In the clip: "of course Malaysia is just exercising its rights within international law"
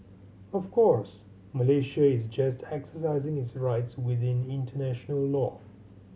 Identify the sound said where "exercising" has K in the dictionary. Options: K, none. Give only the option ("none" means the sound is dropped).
K